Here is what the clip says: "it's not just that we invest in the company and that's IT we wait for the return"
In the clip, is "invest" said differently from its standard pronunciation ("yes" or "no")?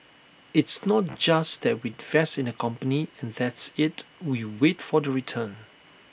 yes